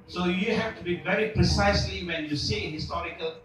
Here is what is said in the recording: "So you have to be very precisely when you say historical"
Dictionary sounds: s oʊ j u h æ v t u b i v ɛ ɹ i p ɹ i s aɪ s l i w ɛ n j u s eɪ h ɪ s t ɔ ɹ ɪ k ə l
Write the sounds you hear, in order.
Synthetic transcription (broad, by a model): s oʊ j u h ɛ f t u b i v ɛ ɹ i p ɹ i s aɪ s l i w ɛ n j u s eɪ h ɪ s t ɔ ɹ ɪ k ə l